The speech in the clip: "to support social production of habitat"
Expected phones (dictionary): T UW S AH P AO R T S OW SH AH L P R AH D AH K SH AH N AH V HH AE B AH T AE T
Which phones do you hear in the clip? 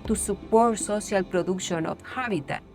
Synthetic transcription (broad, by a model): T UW S AH P AO R T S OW S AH L P R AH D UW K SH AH N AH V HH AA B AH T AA